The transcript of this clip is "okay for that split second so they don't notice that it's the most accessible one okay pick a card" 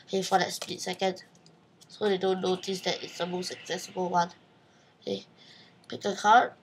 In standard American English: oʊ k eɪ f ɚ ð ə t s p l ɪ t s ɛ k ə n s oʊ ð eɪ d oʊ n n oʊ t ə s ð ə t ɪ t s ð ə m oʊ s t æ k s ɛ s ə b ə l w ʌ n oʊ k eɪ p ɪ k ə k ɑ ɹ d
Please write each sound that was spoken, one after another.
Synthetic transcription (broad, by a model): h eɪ f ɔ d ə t s p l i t s ɛ k ə n s oʊ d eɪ d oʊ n n oʊ t ə s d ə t ɪ t s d ə m oʊ s t æ k s ɛ s ə b ə l w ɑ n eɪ p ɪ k ə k ɑ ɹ